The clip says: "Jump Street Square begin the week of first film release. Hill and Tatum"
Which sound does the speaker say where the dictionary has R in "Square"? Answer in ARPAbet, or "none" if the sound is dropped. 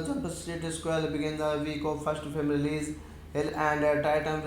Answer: L